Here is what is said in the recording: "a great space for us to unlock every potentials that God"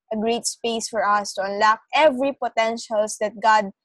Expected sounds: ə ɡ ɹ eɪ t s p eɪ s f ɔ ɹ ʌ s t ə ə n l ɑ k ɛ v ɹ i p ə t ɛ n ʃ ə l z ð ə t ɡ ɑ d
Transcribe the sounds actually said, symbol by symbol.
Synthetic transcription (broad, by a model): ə ɡ ɹ eɪ t s p eɪ s f ɔ ɹ ʌ s t ə ə n l ɑ k ɛ v ɹ i p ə t ɛ n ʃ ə l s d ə t ɡ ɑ d